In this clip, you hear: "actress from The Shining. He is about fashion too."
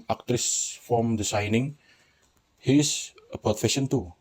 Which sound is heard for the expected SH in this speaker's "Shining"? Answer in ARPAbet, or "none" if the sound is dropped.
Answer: S